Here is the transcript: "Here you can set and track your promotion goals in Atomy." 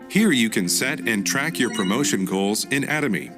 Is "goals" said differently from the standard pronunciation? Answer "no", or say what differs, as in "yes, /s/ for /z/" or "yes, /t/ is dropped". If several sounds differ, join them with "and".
no